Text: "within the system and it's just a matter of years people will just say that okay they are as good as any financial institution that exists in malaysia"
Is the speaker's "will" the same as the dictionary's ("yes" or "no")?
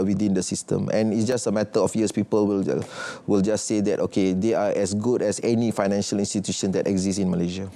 yes